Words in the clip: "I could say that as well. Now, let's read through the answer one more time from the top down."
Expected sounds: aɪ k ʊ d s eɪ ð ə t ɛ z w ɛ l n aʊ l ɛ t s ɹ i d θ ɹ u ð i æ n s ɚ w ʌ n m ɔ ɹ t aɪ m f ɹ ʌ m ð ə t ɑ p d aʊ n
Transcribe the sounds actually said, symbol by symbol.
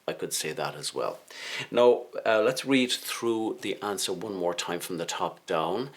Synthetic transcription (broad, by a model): aɪ k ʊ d s eɪ ð ə t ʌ z w ɛ l n aʊ l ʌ t s ɹ i d θ ɹ u ð i æ n s ɚ w ʌ n m ɔ ɹ t aɪ m f ɹ ʌ m ð ə t ɑ p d aʊ n